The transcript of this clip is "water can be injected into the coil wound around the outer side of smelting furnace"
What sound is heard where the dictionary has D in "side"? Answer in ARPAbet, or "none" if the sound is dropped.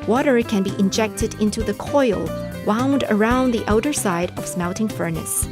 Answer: D